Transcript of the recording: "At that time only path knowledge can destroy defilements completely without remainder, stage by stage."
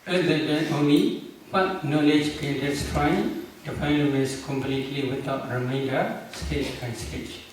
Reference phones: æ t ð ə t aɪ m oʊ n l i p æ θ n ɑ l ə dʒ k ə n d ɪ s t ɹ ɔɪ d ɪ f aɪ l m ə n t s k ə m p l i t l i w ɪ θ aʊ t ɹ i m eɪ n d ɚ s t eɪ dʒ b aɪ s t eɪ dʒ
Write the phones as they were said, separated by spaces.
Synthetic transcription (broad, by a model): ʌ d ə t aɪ oʊ n l i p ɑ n n ɑ l ə dʒ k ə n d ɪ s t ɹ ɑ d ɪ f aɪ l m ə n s k ə m p l i t l i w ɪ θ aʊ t ɹ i m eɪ n d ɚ s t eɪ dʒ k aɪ s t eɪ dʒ